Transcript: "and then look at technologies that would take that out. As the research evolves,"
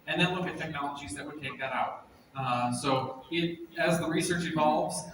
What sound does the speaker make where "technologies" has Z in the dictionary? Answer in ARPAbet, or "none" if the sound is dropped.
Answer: Z